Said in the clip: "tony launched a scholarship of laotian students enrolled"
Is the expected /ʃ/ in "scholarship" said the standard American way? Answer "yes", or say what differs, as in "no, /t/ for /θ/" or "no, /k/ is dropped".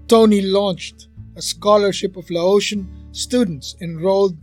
yes